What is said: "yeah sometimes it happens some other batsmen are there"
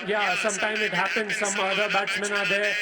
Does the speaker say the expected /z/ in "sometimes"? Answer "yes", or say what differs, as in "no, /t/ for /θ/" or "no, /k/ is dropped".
no, /z/ is dropped